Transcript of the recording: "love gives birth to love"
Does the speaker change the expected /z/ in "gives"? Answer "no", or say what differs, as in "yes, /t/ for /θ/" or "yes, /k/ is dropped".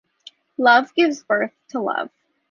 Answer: no